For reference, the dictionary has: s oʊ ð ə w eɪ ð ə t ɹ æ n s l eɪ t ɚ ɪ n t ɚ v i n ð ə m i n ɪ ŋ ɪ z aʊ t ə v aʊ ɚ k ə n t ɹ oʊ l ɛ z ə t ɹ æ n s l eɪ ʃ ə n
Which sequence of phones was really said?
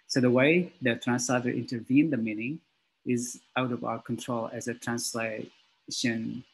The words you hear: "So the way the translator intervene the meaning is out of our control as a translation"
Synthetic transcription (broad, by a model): s oʊ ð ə w eɪ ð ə t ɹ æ n s l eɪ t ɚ ɪ n t ɚ v i n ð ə m i n ɪ ŋ ɪ z aʊ t ə v aʊ ɚ k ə n t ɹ oʊ l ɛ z ə t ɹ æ n s l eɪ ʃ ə n